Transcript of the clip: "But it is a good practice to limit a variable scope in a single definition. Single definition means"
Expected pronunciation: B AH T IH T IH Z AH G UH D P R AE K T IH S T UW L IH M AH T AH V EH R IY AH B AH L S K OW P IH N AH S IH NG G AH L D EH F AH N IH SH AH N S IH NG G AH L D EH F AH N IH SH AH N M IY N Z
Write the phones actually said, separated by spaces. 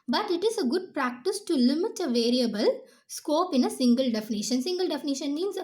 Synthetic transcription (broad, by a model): B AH T IH T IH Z AH G UH D P R AE K T IH S T UW L IH M AH T AH V EH R IY AH B AH L S K OW P IH N AH S IH NG G AH L D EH F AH N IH SH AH N S IH NG G AH L D EH F AH N IH SH AH N M IY N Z